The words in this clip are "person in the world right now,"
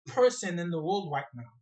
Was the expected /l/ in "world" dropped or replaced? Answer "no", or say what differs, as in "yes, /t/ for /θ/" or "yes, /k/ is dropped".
no